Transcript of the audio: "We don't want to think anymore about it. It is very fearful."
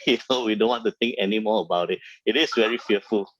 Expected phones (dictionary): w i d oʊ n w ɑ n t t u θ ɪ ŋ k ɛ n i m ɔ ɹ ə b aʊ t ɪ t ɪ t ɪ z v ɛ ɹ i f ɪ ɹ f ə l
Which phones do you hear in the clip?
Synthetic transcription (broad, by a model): w i d oʊ n w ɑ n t t u t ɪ ŋ k ɛ n i m ɔ ə b aʊ t ɪ t ɪ t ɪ s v ɛ ɹ i f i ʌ f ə l